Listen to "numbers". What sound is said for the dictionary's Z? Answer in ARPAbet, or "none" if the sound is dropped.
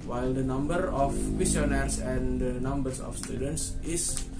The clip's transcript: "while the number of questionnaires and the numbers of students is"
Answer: S